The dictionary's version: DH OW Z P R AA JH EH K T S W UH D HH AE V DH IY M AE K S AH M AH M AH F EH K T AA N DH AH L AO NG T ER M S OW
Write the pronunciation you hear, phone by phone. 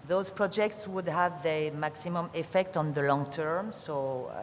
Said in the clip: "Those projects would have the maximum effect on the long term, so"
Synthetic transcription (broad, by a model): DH OW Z P R AA JH EH K T S W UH D HH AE V DH IY M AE K S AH M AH M AH F EH K T AA N DH AH L AO NG T ER M S OW